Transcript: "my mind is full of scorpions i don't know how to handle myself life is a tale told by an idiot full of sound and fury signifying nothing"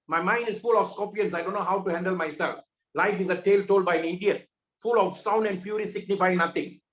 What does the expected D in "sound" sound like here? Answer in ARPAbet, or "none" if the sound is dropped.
D